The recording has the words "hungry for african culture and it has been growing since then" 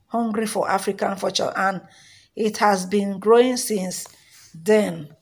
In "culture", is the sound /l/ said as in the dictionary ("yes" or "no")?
no